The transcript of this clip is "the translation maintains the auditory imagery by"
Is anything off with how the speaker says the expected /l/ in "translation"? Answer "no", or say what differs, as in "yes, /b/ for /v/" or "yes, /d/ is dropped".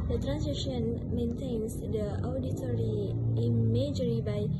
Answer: yes, /l/ is dropped